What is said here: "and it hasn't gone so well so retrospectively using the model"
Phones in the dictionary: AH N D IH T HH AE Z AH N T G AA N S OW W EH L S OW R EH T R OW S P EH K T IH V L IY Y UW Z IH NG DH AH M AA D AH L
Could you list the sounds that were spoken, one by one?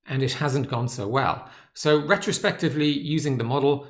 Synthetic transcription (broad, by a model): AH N IH T HH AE Z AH N G AA N S OW W EH L S OW R EH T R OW S P EH K T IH V L IY Y UW Z IH NG DH AH M AA D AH L